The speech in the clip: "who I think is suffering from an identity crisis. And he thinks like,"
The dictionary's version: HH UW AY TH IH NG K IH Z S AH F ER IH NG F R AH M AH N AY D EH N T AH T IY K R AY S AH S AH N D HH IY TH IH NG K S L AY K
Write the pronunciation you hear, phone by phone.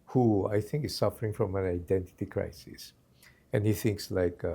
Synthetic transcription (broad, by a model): HH UW AY TH IH NG K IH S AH F ER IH NG F R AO M AH N AY D EH N T AH T IY K R AY S AH S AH N HH IY TH IH NG K S L AY K